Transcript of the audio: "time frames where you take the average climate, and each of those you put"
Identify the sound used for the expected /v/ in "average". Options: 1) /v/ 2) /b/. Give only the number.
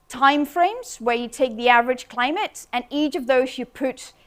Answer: 1